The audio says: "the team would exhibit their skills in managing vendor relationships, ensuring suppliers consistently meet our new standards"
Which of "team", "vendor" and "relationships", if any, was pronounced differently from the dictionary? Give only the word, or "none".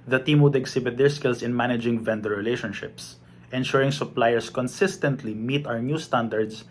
none